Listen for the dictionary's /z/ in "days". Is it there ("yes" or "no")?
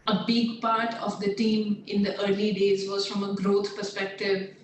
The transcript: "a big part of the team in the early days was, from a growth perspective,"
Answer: yes